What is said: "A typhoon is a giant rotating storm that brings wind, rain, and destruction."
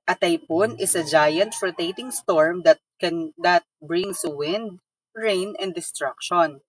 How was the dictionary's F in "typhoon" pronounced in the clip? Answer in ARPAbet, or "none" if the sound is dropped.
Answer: P